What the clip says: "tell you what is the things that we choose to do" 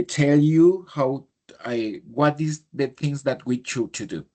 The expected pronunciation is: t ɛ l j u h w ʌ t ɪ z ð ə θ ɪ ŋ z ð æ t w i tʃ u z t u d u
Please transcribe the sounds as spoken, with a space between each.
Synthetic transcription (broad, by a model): t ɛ l j u h w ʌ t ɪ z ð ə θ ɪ ŋ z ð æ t w i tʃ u t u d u